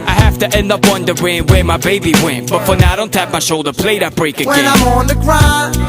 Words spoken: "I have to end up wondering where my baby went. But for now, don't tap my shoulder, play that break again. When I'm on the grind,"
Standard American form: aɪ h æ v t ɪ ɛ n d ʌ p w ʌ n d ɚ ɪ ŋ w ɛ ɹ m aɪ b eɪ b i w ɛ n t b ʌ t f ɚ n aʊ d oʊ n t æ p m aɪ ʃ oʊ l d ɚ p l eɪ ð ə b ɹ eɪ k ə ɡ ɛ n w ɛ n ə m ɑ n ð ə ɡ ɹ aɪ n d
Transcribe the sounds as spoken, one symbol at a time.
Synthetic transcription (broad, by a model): aɪ h æ f t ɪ ɛ n d ʌ p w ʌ n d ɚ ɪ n w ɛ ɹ m aɪ b eɪ b i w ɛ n b ʌ t f ɚ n aʊ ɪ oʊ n t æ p m aɪ ʃ oʊ l d ɚ p l eɪ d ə b ɹ eɪ k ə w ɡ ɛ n ə m ɑ n ð ə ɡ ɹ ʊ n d